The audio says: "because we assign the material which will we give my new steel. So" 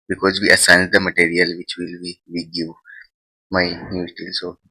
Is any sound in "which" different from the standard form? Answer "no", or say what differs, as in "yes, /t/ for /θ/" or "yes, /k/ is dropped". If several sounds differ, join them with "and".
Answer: no